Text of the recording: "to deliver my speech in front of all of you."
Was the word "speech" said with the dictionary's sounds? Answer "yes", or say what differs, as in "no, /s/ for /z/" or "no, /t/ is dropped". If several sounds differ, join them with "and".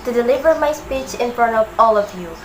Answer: yes